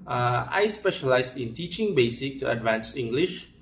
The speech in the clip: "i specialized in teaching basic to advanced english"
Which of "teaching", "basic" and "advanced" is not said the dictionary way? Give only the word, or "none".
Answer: advanced